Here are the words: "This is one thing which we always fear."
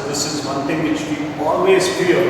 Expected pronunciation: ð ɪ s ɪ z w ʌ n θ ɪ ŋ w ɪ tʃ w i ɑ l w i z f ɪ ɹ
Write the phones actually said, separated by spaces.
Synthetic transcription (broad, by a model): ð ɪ s ɪ z w ʌ n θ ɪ ŋ w ɪ tʃ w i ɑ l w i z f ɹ